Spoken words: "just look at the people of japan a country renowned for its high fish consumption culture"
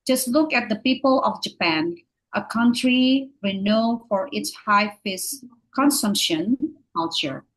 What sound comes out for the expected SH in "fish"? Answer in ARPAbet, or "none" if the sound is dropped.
S